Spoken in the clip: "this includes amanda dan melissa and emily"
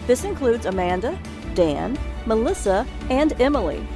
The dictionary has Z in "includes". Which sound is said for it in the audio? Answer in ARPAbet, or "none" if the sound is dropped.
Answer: Z